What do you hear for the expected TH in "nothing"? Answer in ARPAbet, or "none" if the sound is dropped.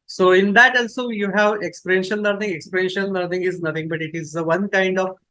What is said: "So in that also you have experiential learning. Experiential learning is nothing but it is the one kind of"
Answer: T